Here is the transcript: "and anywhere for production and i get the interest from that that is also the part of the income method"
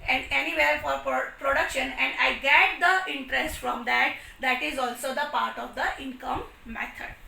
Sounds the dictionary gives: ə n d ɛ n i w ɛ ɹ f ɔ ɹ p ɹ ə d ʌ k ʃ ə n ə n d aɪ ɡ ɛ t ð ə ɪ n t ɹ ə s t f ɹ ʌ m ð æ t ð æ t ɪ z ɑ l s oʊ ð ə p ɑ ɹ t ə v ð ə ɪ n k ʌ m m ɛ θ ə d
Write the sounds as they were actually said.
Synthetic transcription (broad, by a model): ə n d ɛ n i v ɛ ɹ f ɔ ɹ p ɹ ə d ʌ k ʃ ə n ə n d aɪ ɡ ɛ t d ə ɪ n t ɹ ə s t f ɹ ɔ m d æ t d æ t ɪ z ɑ l s oʊ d ə p ɑ ɹ t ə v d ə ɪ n k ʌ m m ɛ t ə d